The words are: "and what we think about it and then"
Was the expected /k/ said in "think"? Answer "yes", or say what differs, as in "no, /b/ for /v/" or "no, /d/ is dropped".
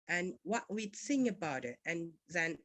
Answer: no, /k/ is dropped